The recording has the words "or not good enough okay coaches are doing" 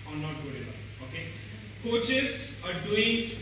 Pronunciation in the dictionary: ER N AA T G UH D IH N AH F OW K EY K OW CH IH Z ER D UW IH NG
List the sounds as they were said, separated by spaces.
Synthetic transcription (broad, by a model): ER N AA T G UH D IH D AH OW K EY K OW CH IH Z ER D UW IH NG